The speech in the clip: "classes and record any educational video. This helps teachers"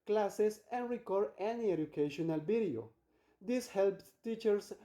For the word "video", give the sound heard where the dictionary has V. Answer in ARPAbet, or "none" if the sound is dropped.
B